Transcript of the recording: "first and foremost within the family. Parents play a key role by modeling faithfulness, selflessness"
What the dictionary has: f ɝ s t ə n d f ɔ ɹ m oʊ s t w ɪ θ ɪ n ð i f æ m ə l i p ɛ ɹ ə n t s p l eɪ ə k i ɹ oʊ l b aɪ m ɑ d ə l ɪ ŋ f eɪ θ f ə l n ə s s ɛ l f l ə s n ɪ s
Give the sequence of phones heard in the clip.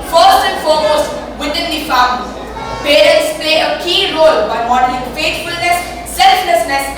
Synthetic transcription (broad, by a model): f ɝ s t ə n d f ɔ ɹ m oʊ s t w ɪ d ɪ n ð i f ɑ ə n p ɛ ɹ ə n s p l eɪ ə k i ɹ oʊ l b aɪ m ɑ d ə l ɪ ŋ f eɪ t f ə l n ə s s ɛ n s l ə s n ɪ s